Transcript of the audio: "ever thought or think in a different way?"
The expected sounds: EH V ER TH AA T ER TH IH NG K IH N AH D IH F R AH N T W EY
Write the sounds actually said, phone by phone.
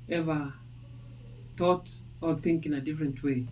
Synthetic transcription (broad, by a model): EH V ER T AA T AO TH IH NG K IH N AH D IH F R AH N T W EY